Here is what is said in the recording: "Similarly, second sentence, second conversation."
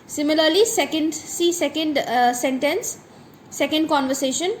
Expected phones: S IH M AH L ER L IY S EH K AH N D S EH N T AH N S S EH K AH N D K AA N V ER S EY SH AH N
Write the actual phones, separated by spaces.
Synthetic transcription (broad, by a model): S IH M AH L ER L IY S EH K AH N D S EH N S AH N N S EH K AH N D K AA N V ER S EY SH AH N